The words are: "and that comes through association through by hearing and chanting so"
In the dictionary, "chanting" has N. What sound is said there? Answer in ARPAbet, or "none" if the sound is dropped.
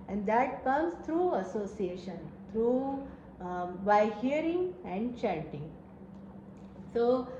none